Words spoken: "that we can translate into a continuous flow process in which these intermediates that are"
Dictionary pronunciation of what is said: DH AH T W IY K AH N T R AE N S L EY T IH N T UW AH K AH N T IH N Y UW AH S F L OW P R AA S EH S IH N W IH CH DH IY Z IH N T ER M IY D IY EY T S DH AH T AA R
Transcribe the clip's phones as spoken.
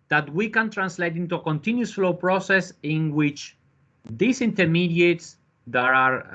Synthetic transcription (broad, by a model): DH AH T W IY K AH N T R AE N S L EY T IH N T UW AH K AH N T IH N Y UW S F L OW P R AA S EH S IH N W IH CH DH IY S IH N T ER M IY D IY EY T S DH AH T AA R